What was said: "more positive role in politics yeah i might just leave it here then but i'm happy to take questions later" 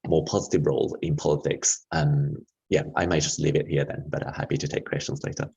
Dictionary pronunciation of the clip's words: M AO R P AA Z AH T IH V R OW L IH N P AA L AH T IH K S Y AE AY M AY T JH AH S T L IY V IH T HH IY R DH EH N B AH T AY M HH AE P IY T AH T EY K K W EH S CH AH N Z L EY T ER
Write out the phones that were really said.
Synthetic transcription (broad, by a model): M AO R P AA Z AH T IH V R OW L IH N P AA L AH T IH K S Y AE AY M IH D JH AH S T L IY V IH T HH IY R DH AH N B AH T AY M HH AE P IY T AH T EY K K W EH S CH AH N Z L EY T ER